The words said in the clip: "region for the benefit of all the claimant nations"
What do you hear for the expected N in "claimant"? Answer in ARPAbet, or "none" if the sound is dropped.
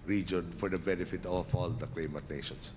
none